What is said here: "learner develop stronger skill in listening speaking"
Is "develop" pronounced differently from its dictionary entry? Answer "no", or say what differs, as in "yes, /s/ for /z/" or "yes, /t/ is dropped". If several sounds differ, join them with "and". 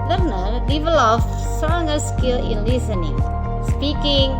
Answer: yes, /f/ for /p/